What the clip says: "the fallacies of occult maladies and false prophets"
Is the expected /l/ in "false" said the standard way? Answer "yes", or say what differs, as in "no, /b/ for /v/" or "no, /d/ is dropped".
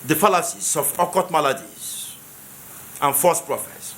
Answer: no, /l/ is dropped